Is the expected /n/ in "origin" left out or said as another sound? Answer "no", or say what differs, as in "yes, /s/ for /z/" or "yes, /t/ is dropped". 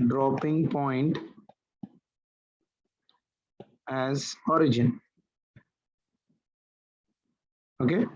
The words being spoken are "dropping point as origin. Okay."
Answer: no